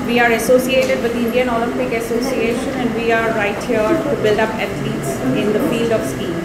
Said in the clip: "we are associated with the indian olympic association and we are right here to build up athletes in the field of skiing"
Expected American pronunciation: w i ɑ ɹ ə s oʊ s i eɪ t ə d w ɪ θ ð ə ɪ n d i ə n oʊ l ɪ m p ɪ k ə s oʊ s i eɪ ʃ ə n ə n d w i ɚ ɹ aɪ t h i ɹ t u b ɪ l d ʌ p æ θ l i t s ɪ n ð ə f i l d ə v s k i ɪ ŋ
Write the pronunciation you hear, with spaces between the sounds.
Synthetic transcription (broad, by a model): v i ɑ ɹ ə s oʊ s i eɪ t ə d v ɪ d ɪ n d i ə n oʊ l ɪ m p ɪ k ə s oʊ s i eɪ ʃ ə n ə n d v i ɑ ɹ aɪ t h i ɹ t u b ɪ l d ʌ p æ t l i t s ɪ n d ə f i l d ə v s k i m